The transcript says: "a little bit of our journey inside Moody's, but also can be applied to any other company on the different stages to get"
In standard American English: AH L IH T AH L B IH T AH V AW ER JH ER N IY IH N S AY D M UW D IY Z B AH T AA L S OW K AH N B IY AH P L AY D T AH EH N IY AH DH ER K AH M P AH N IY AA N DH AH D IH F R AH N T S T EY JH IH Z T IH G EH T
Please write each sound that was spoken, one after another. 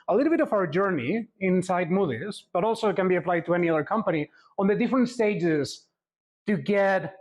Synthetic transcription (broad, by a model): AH L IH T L B IH T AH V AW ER JH ER N IY IH N S AY D M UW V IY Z B AH T AA L S OW K AH N B IY AH P L AY D T AH EH N IY AH DH ER K AH M P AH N IY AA N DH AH D IH F R AH N T S T EY JH IH Z T IH G EH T